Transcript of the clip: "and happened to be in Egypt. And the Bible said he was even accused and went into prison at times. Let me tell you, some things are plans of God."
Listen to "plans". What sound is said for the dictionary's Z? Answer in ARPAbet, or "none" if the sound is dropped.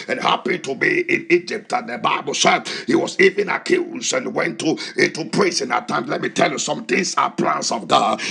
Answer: S